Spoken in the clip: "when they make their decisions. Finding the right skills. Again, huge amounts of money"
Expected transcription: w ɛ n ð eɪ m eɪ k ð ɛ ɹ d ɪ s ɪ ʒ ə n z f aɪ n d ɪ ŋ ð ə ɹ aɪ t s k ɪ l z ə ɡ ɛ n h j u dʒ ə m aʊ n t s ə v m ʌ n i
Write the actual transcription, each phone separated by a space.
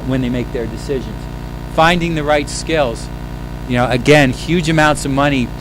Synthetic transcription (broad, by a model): w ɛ n ð eɪ m eɪ k ð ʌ ɹ d ɪ s ɪ ʒ ə n z f aɪ n d ɪ ŋ ð ə ɹ aɪ t s k ɪ l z ə ɡ ɛ n h j u dʒ ə m aʊ n t s ə v m ʌ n i